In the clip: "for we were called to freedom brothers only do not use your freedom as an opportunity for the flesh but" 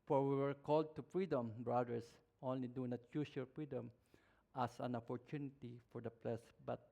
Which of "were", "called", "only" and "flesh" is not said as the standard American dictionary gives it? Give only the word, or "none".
flesh